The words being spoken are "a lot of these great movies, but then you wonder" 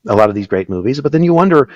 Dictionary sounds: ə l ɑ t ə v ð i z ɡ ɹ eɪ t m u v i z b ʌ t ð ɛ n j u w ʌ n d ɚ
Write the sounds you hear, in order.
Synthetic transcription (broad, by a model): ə l ɑ t ə v ð i z ɡ ɹ eɪ t m u v i z b ʌ t ð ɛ n j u w ʌ n d ɚ